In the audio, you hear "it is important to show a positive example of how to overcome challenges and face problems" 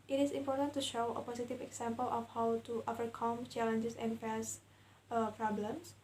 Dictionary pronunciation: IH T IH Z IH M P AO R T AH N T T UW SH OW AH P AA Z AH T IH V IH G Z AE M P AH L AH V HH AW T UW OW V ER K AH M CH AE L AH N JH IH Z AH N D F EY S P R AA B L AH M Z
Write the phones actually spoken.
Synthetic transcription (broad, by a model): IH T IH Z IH M P AO R T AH N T T UW SH OW AH P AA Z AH T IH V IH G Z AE M P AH L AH F HH AW T UW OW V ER K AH M CH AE L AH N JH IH S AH N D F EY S P R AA B L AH M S